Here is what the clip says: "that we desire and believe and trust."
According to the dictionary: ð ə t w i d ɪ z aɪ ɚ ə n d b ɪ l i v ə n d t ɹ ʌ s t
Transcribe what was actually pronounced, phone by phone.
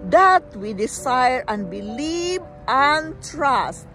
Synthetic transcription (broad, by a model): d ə t w i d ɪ s aɪ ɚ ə n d b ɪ l i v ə n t ɹ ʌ s t